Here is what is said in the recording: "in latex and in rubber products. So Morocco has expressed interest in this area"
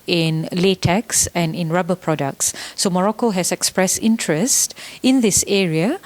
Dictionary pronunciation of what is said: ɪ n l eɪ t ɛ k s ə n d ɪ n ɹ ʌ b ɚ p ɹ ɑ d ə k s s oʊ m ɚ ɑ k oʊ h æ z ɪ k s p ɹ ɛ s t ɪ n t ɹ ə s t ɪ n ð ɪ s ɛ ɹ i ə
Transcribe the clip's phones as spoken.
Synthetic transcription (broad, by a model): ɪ n l eɪ t ɛ k s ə n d ɪ n ɹ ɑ b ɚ p ɹ ɑ d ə k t s oʊ m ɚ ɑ k oʊ h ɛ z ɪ k s p ɹ ɛ s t ɪ n t ɹ ə s t ɪ n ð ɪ s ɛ ɹ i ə